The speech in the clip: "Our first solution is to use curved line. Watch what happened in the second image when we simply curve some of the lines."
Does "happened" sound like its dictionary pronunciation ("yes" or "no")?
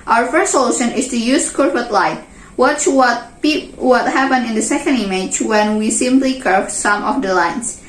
no